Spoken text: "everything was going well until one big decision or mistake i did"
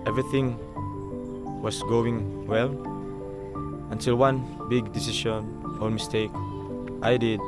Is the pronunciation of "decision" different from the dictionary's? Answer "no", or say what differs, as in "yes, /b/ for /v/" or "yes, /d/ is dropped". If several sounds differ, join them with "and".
yes, /ʃ/ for /ʒ/